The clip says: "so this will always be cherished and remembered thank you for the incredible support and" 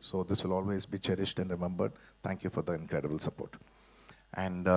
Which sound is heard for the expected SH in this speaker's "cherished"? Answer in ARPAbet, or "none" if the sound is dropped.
SH